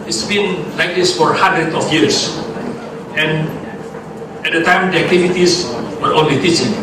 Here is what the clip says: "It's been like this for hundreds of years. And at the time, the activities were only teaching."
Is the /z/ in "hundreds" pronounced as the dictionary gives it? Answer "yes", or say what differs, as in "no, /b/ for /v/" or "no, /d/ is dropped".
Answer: no, /z/ is dropped